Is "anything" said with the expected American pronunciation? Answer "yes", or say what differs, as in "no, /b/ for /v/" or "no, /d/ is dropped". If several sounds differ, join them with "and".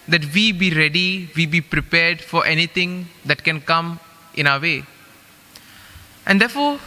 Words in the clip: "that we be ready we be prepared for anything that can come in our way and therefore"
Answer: no, /t/ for /θ/